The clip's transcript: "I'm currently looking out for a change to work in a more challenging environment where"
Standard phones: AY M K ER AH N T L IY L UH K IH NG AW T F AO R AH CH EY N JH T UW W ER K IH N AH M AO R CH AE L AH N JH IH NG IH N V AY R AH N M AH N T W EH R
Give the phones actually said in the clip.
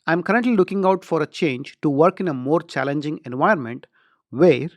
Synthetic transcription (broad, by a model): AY M K ER AH N T L IY L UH K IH NG AW T F AO R AH CH EY N JH T UW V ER K IH N AH M AO R CH AE L AH N JH IH NG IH N V AY AH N M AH N T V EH R